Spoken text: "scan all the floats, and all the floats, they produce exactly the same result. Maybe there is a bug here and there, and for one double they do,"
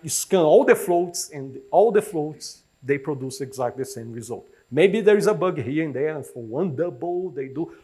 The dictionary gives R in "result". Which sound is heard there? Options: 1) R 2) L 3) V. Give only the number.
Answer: 1